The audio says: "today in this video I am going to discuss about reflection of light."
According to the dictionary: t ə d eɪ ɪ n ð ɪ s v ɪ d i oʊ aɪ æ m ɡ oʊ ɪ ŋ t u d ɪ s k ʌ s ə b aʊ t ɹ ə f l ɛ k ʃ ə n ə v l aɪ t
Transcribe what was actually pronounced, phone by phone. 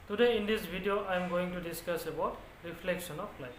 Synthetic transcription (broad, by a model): t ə d eɪ ɪ n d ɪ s b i d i oʊ aɪ m ɡ oʊ ɪ ŋ t u d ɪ s k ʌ s ə b aʊ t ɹ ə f l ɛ k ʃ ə n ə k l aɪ